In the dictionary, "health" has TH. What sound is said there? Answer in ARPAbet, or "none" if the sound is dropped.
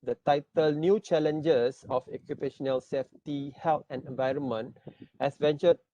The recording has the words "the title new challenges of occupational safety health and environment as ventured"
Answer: T